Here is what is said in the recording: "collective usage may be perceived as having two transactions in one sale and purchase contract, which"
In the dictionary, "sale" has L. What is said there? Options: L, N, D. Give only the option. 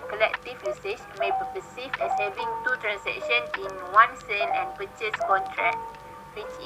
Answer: N